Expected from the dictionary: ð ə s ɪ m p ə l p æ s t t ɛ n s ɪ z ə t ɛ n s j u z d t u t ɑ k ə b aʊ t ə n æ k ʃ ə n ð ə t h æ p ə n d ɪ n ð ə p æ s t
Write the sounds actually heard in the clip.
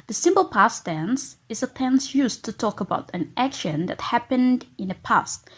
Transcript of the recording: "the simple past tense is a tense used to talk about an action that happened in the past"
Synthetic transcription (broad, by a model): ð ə s ɪ m p ə l p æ s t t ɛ n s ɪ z ə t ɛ n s j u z t u t ɑ k ə b aʊ t ə n æ k ʃ ə n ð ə t h æ p ə n d ɪ n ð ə p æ s t